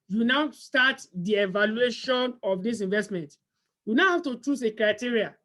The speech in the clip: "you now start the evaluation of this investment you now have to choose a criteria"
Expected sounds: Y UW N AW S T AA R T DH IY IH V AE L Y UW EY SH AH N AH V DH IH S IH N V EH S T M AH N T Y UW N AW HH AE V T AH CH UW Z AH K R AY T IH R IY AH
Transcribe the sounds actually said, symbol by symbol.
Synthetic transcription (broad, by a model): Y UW N AW S T AA T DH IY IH V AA L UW EY SH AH N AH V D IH S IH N V EH S T M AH N T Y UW N AW HH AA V T AH CH UW S AH K R AY T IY R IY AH